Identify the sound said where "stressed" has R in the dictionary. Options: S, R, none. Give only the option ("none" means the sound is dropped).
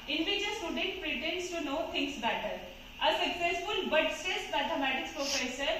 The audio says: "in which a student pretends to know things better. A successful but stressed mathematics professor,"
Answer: none